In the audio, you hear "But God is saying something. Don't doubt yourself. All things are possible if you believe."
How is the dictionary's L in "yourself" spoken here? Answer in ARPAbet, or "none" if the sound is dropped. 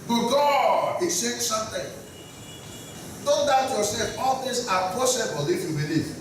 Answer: none